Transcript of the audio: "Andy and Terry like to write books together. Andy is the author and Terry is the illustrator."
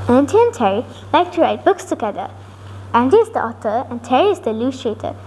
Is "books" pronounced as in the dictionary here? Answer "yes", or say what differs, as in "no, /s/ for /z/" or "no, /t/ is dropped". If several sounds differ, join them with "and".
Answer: yes